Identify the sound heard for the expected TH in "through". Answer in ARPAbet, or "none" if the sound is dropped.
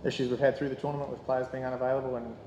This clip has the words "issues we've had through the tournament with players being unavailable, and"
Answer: TH